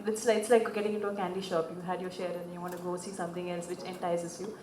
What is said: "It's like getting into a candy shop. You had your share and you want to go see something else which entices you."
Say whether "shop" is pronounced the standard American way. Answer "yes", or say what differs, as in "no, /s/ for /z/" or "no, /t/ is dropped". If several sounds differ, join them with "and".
yes